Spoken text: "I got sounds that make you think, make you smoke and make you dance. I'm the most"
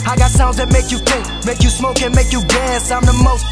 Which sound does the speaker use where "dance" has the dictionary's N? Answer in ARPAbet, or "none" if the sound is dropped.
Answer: none